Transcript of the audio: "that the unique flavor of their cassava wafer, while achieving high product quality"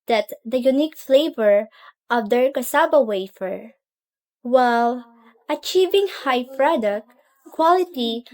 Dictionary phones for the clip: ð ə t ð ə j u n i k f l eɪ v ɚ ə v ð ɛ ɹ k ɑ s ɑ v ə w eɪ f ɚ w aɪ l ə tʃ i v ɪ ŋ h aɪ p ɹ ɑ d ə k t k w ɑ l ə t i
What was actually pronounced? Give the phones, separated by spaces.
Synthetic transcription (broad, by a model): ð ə t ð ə j u n i k f l eɪ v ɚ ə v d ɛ ɹ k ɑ s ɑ b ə w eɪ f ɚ w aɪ l ə tʃ i v ɪ ŋ h aɪ p ɹ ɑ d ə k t k w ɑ l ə t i